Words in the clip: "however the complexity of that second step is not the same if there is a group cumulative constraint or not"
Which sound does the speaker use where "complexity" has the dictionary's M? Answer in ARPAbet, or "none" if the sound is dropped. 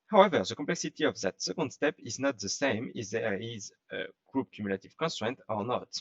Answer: none